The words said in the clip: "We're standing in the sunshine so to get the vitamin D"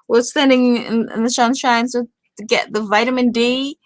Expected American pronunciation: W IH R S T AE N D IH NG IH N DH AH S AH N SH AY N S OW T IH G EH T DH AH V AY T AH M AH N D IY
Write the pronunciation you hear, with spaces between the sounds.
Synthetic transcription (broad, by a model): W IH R S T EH N D IH NG IH N DH AH SH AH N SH AY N S OW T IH G EH T DH AH V AY T AH M AH N D IY